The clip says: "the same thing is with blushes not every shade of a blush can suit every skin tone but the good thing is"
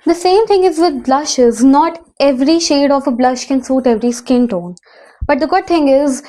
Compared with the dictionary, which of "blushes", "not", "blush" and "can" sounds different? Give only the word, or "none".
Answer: none